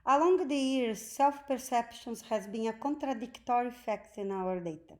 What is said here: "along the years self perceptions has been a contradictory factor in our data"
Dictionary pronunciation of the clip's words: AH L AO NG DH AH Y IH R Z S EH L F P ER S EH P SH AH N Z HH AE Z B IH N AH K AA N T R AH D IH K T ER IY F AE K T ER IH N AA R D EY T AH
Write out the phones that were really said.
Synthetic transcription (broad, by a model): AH L AO NG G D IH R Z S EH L F P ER S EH P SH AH N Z HH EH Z B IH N AH K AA N T R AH D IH K T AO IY F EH K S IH N AA R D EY T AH